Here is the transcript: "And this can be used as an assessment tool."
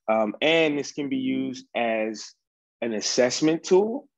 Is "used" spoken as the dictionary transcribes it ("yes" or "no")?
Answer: yes